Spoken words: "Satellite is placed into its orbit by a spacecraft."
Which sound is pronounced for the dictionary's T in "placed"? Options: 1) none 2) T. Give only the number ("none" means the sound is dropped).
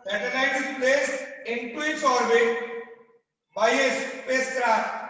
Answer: 1